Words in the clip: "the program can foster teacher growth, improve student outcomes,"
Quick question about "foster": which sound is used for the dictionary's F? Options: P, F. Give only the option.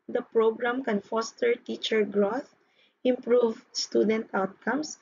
F